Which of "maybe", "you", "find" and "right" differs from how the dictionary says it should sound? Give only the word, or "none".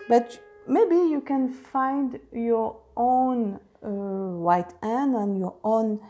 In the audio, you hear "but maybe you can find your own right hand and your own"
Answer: right